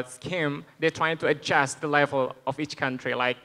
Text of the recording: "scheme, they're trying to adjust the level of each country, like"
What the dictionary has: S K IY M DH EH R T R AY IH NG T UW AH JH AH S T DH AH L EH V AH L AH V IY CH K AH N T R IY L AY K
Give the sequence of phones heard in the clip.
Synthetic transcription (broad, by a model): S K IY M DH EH T R AY IH NG T UW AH JH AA S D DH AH L EH V AH L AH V IY CH K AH N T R IY L AY K